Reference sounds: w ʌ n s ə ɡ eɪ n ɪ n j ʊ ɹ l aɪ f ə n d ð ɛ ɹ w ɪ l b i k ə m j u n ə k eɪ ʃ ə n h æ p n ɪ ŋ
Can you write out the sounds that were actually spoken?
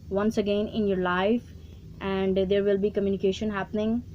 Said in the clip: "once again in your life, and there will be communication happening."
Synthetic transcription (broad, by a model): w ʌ n s ə ɡ eɪ n ɪ n j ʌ ɹ l aɪ f ə n d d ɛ ɹ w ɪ l b i k ə m j u n ə k eɪ ʃ ə n h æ p n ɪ ŋ